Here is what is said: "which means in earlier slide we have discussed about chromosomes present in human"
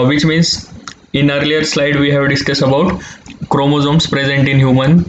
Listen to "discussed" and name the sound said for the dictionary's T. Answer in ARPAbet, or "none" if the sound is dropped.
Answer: none